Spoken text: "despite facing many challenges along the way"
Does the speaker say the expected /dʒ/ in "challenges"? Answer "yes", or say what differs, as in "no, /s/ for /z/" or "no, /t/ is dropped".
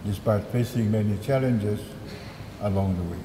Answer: yes